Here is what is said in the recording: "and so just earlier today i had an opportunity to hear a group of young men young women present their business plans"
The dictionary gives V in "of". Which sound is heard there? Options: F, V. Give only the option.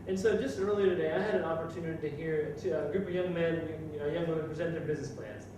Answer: V